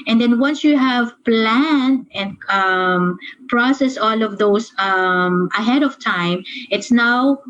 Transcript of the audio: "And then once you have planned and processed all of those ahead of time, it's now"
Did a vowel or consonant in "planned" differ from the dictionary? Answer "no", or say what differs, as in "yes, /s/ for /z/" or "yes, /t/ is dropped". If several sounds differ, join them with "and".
yes, /d/ is dropped